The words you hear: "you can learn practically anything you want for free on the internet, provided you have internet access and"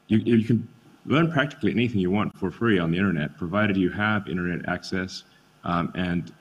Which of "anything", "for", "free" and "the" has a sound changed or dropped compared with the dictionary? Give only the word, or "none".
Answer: none